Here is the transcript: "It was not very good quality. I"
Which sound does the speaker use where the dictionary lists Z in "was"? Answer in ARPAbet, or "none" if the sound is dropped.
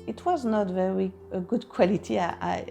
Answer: Z